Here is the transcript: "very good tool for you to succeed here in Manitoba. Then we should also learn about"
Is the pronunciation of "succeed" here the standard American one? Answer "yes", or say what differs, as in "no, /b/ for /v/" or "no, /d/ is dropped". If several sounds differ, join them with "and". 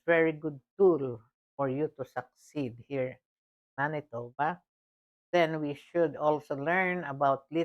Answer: yes